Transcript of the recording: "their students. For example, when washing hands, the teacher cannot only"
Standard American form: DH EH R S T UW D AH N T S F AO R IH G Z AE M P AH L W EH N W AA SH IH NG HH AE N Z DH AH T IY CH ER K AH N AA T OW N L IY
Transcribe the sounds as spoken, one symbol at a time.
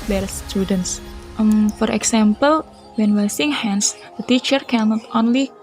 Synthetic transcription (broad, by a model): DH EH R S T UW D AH N T S F AO R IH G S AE M P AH L W EH N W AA S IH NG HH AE N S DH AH T IY CH ER K AH N AA T OW N L IY